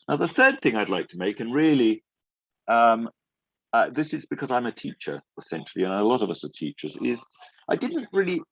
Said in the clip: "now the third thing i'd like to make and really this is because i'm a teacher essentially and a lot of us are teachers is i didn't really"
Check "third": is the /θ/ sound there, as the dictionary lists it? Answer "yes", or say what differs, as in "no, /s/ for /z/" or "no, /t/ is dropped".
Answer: yes